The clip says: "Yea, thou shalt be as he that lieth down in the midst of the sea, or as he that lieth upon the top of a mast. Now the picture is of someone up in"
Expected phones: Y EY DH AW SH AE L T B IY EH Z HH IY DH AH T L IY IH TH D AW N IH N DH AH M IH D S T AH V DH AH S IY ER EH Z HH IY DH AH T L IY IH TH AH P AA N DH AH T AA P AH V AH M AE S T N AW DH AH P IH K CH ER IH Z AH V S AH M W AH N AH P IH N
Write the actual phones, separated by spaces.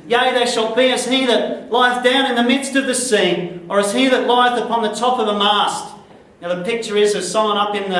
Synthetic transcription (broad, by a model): Y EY DH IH SH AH L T B IY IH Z HH IY DH AH T L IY IH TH D AW N IH N DH AH M IH D S T AH V DH AH S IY ER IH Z HH IY DH AH T L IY IH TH AH P AA N DH AH T AA P AH V AH M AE S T N AW DH AH P IH K CH ER IH Z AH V S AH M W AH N AH P IH N